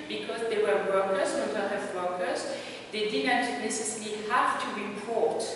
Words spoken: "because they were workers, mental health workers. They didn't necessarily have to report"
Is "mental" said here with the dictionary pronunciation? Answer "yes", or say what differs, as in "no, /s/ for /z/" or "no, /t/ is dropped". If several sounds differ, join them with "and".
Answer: no, /n/ is dropped